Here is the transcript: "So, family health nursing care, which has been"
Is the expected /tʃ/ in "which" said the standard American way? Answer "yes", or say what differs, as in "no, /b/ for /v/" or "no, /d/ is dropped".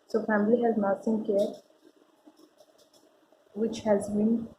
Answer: yes